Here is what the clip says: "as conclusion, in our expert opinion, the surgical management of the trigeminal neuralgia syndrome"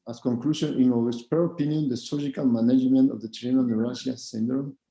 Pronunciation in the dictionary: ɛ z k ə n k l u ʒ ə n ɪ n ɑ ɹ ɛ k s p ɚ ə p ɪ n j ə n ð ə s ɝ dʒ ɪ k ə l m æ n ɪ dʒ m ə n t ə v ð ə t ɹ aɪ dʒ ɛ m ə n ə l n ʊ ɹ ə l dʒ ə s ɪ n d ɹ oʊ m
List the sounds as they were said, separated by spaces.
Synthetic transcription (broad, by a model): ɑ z k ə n k l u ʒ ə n ɪ n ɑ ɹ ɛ s p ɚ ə p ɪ n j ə n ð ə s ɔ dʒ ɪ k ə l m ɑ n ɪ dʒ m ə n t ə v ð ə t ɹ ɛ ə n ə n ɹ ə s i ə s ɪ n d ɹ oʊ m